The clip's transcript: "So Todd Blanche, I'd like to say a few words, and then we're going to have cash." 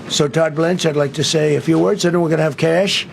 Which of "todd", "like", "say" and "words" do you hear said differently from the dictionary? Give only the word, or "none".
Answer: none